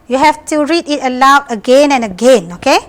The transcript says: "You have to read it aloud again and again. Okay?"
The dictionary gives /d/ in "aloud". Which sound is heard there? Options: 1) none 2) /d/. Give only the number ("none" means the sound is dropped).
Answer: 1